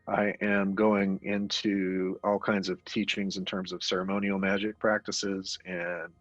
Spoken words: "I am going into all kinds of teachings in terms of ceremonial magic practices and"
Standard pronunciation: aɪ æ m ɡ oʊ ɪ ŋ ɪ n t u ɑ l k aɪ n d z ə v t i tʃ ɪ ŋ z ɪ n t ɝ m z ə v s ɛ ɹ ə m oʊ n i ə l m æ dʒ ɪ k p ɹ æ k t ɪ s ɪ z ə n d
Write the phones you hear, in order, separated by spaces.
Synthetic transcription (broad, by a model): aɪ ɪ m ɡ oʊ ɪ ŋ ɪ n t u ɑ l k aɪ n d z ə v t i tʃ ɪ ŋ z ɪ n t ɝ m z ə v s ɛ ɹ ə m oʊ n i l m æ dʒ ɪ k p ɹ æ k t ɪ s ɪ z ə n